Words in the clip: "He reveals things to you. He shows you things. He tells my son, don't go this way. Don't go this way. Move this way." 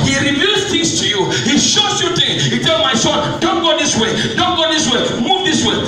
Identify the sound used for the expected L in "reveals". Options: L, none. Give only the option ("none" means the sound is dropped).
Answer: none